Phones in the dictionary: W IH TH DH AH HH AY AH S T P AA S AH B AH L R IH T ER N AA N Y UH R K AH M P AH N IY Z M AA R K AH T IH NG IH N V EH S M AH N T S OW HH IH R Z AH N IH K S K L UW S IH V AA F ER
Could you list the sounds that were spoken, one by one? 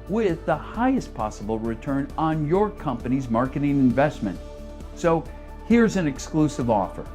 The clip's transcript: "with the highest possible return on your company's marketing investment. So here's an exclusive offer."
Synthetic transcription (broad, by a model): W IH DH AH HH AY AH S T P AA S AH B L R IH T ER N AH N Y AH R K AH M P AH N IY Z M AA R K AH T IH NG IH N V EH S M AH N T S OW HH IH R Z AH N IH K S K L UW S IH V AA F ER